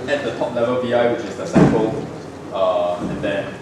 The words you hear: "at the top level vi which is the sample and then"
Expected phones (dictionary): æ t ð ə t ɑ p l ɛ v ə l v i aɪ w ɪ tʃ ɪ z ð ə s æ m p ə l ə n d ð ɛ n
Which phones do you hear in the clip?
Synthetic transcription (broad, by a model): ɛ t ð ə t ɑ p l ɛ v ə l v i aɪ w ɪ tʃ ɪ z ð ə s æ p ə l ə n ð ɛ